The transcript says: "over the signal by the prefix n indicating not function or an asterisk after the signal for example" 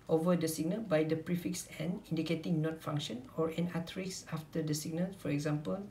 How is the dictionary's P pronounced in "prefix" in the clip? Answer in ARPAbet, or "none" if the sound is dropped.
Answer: P